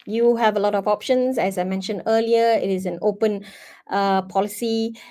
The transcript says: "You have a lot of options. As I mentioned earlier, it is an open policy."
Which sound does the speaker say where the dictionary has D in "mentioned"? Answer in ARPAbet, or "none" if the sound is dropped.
D